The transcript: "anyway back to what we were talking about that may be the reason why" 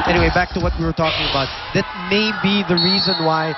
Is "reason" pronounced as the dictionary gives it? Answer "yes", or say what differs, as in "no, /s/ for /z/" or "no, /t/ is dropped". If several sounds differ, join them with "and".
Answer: yes